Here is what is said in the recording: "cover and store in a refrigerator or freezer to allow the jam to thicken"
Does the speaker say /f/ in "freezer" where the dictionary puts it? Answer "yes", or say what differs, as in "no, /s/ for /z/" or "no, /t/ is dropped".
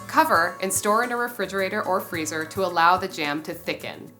yes